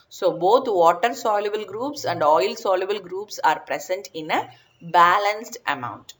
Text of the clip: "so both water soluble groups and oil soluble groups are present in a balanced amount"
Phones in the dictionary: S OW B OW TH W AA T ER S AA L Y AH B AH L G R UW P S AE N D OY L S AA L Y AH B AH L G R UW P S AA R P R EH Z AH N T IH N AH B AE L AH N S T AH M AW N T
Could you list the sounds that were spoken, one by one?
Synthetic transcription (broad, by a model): S OW B OW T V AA T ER S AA L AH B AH L G R UW P S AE N D OY L S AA L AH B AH L G R UW P S AA R P R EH S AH N T IH N AH B AE L AH N S T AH M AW N T